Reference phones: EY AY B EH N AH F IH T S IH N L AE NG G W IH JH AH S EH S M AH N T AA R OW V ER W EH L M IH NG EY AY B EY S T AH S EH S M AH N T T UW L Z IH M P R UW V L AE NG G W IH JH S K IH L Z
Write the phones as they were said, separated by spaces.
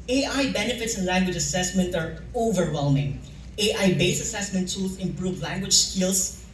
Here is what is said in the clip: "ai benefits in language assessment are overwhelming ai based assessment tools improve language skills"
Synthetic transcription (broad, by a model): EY AY B EH N AH F IH T S IH N L AE NG G W IH JH AH S EH S M AH N T AA R OW V ER W EH L M IH NG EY AY B EY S AH S EH S M AH N T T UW L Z IH M P R UW V L AE NG G W IH JH S K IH L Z